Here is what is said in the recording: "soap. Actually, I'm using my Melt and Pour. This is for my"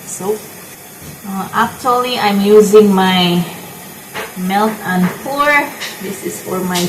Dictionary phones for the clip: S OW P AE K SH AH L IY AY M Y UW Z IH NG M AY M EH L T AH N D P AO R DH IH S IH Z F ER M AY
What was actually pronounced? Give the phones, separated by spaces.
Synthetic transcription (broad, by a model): S OW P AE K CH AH L IY AY M Y UW Z IH NG M AY M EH L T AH N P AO R DH IH S IH Z F ER M AY